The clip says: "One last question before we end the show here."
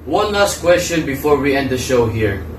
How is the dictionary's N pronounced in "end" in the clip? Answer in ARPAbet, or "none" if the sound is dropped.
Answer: N